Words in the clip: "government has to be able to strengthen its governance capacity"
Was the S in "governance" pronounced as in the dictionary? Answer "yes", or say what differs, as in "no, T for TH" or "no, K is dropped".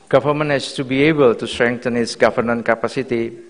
no, S is dropped